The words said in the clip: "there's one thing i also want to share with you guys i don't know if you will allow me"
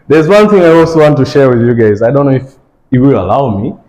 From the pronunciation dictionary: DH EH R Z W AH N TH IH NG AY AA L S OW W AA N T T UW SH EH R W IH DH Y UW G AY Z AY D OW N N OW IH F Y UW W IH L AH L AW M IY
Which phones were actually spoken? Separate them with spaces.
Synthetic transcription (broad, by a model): DH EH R Z W AH N TH IH NG AY AA L S OW W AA N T T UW SH EH R W IH DH Y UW G AY Z AY D OW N N OW IH F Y W IH L AH L AW M IY